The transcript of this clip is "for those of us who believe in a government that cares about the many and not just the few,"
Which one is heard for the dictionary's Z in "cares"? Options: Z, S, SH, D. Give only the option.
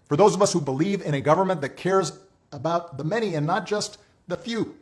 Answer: Z